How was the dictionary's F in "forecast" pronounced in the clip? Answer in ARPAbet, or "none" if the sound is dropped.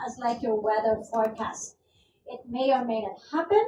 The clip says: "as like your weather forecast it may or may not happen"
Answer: P